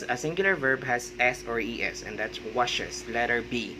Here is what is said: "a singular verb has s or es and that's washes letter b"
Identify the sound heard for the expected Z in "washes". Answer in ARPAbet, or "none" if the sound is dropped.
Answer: S